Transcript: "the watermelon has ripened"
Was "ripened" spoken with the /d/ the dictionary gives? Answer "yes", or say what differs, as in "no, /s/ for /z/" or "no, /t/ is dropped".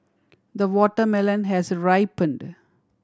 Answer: yes